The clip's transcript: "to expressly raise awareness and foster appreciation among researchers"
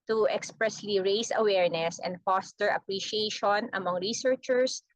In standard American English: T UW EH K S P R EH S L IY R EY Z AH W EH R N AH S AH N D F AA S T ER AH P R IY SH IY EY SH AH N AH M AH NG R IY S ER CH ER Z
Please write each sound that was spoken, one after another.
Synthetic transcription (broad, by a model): T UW EH K S P R EH S L IY R EY S AH W EH R N AH S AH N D F AA S T ER AH P R IY SH IY EY SH AH N AH M AH NG R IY S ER CH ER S